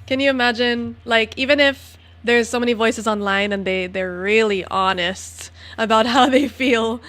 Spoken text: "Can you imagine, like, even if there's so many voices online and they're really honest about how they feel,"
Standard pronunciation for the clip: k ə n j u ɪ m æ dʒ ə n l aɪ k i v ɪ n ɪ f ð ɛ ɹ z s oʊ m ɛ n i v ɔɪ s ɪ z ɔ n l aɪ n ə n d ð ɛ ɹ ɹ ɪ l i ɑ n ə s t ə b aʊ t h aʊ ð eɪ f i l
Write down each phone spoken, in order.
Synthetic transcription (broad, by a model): k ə n j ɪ ɪ m æ dʒ ə n l aɪ k i v ɪ n ɪ f ð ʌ ɹ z s oʊ m ɛ n i v ɔɪ s ɪ z ɔ n l aɪ n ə n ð ð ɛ ɹ ɹ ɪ l i ɑ n ə s t ə b aʊ t h aʊ ð eɪ f i l